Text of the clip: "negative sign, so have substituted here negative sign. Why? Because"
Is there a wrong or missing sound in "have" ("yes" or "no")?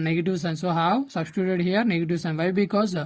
yes